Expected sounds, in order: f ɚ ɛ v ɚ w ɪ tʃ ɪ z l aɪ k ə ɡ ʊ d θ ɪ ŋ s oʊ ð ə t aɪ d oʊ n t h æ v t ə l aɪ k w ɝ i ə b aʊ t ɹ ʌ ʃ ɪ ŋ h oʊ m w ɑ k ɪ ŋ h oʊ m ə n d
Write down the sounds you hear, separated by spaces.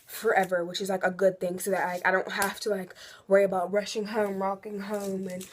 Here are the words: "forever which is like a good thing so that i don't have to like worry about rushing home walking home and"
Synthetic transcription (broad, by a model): f ɚ ɛ v ɚ w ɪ tʃ ɪ z l aɪ k ə ɡ ʊ d θ ɪ ŋ s oʊ ð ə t aɪ d oʊ n t h æ f t ə l aɪ k w ɝ i ə b aʊ t ɹ ʌ ʃ ɪ ŋ h oʊ m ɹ ɑ k ɪ ŋ h oʊ m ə n